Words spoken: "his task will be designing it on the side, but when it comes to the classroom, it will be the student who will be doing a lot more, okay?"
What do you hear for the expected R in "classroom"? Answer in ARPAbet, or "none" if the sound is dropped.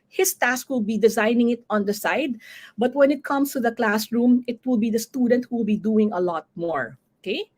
R